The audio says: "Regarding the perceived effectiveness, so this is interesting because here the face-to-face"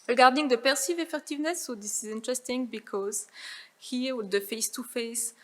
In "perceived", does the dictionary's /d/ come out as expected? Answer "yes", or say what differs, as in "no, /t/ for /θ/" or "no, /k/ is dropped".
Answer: no, /d/ is dropped